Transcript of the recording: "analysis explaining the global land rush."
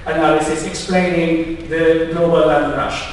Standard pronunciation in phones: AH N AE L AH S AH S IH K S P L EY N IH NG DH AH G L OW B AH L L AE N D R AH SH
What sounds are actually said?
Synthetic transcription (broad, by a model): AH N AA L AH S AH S IH K S P L EY N IH NG DH AH G L OW B AH L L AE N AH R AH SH